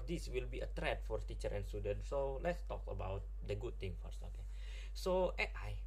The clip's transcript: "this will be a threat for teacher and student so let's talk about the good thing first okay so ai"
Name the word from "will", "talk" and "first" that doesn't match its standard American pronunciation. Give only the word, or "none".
first